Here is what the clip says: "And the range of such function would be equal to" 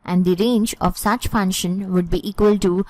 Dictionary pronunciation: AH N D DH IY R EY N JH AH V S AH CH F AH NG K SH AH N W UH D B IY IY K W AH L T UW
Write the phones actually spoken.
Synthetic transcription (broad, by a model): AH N D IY R EY N JH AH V S AH CH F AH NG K SH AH N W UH D B IY IY K W AH L T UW